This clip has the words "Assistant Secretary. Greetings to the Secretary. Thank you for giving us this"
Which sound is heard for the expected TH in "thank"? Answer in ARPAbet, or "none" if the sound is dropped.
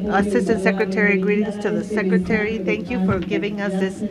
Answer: TH